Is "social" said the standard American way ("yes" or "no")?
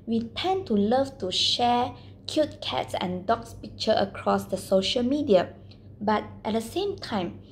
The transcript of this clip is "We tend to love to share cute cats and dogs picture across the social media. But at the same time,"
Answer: yes